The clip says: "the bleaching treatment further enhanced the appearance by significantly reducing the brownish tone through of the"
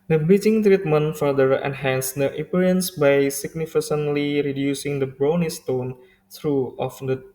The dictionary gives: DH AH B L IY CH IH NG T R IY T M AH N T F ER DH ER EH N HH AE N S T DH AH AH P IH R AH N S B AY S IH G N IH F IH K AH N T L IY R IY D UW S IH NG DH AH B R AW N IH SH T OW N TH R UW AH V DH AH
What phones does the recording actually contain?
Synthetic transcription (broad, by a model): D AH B IY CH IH NG T R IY T M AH N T F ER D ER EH N HH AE N S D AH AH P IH R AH N S B AY S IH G N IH F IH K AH N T L IY R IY D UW S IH NG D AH B R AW N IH S T OW N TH R UW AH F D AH